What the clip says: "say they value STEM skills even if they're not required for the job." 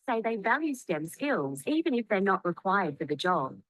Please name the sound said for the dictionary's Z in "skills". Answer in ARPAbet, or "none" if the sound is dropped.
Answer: Z